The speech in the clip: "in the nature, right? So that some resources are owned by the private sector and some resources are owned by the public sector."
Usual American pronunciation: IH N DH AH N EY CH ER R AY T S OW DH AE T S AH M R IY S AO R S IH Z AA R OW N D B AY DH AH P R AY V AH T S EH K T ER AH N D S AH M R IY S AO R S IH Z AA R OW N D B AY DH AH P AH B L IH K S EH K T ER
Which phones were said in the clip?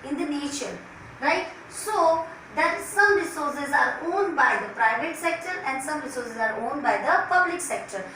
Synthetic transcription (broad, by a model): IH N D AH N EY SH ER R AY T S OW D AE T S AH M R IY S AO R S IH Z AA R OW N D B AY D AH P R AY V AH T S EH K T ER AH N D S AH M R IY S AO R S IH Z AA R OW N D B AY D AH P AH B L IH K S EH K T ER